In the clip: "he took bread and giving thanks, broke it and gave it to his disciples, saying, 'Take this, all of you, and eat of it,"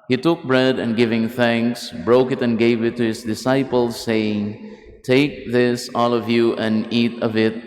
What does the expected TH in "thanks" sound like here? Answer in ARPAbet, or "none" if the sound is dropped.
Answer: TH